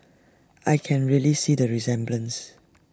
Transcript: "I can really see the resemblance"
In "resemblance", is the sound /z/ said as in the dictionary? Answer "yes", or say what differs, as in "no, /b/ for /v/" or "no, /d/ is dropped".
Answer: yes